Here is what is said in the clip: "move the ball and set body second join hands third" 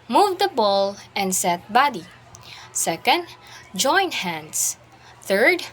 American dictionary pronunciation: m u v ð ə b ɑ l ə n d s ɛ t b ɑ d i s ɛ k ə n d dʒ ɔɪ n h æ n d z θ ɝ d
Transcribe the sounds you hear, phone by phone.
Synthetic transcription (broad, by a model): m u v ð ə b ɑ l ə n d s ɛ t b ɑ d i s ɛ k ə n d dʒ ɔɪ n h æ n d s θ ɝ d